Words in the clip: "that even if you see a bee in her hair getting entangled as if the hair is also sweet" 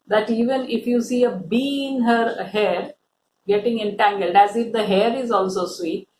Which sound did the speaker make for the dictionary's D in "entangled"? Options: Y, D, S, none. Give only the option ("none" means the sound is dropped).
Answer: D